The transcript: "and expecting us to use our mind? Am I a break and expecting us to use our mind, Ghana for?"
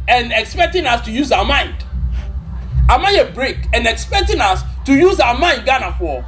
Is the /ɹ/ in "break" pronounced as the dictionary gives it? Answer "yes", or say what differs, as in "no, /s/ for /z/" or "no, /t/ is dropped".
yes